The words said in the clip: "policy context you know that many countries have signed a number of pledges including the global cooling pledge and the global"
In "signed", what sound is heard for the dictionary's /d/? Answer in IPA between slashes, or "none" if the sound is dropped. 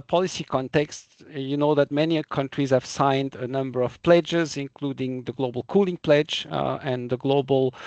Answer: /d/